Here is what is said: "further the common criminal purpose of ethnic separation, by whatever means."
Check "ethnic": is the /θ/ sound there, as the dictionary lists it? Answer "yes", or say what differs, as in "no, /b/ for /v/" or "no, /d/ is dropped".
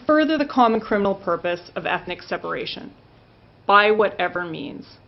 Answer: yes